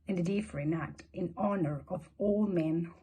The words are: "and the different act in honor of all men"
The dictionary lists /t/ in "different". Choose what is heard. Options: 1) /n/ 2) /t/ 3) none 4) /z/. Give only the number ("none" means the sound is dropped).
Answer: 3